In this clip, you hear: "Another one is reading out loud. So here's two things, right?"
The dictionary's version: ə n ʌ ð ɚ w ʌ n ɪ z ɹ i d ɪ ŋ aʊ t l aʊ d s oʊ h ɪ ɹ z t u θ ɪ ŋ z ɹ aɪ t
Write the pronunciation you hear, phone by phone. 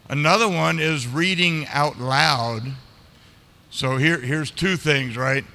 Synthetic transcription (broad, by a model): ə n ʌ ð ɚ w ʌ n ɪ z ɹ i d ɪ ŋ aʊ t l aʊ d s oʊ h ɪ ɹ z t u θ ɪ ŋ z ɹ aɪ t